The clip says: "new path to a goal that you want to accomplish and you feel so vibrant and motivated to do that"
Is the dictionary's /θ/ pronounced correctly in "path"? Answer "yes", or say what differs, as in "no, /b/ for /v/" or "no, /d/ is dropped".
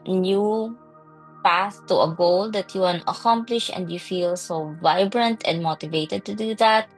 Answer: no, /s/ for /θ/